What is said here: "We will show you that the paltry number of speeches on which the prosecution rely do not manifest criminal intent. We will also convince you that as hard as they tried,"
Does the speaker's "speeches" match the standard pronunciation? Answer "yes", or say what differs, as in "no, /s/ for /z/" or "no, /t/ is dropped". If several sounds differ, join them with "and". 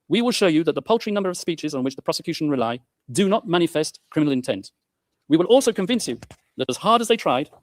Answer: yes